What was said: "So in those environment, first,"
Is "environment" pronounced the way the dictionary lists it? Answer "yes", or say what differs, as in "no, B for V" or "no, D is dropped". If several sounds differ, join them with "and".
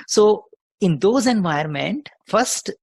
no, R is dropped